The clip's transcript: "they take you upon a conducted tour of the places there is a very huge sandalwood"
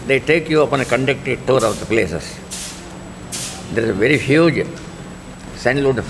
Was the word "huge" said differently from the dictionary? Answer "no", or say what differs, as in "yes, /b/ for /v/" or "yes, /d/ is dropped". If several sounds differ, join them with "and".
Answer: no